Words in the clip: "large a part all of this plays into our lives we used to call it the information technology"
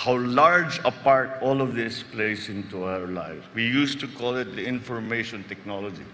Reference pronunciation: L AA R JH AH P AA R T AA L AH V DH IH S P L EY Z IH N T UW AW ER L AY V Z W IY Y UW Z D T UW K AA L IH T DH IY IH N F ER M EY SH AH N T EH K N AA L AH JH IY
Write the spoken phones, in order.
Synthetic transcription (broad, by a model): L AA R JH AH P AA R T AA L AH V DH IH S P L EY S IH N T UW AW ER L AY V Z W IY Y UW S T UW K AA L IH T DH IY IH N F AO M EY SH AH N T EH K N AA L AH JH IY